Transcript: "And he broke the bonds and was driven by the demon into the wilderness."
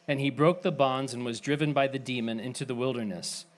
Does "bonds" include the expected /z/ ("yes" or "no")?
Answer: yes